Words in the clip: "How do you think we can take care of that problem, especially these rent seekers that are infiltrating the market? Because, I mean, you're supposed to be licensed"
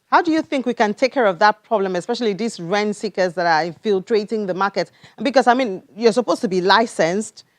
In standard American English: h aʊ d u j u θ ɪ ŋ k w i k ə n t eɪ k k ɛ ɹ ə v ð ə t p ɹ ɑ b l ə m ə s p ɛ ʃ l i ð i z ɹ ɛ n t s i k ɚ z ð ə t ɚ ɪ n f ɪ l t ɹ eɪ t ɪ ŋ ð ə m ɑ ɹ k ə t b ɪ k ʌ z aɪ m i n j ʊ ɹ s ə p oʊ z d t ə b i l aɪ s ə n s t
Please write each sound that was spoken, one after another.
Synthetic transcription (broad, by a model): h aʊ d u j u θ ɪ ŋ k w i k ə n t eɪ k k ɛ ɹ ə v ð ə t p ɹ ɑ b l ə m ə s p ɛ ʃ l i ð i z ɹ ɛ n s i k ɚ z ð ə t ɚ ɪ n f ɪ l t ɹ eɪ t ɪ ŋ ð ə m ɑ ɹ k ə t b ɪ k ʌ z aɪ m i n j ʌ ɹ s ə p oʊ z t ə b i l aɪ s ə n s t